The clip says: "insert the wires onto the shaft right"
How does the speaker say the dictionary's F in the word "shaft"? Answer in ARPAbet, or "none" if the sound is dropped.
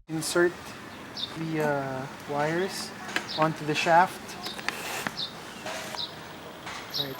F